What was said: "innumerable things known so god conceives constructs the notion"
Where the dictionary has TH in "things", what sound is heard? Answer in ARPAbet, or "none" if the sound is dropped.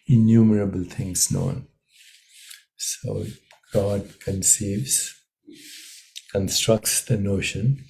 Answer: T